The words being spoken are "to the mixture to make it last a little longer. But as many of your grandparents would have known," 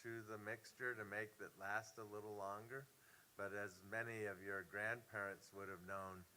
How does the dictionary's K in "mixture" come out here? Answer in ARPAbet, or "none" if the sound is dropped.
K